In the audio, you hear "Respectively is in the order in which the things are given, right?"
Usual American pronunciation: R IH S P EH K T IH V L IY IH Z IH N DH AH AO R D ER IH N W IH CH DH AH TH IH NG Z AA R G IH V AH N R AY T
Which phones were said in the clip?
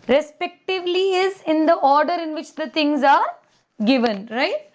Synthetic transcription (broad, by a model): R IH S P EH K T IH V L IY IH Z IH N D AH AO R D ER IH N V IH CH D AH T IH NG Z AA R G IH V AH N R AY T